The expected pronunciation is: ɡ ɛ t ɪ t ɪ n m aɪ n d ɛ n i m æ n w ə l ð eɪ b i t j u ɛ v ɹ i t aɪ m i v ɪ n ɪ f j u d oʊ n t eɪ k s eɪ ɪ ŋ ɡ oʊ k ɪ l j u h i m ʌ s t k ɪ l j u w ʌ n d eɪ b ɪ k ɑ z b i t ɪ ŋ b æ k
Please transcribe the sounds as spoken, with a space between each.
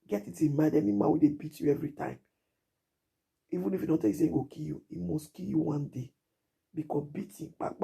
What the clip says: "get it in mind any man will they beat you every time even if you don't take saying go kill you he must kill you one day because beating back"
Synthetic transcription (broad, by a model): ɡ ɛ t ɪ t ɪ m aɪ d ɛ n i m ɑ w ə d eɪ b i t j u ɛ v ɹ i t aɪ m i v ɪ n ɪ f j u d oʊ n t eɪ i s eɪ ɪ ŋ ɡ oʊ k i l j u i m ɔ s k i l j u w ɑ n d eɪ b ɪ k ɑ b i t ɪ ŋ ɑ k